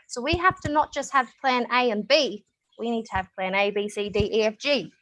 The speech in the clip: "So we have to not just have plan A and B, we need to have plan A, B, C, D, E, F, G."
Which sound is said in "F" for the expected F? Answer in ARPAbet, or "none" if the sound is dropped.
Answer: F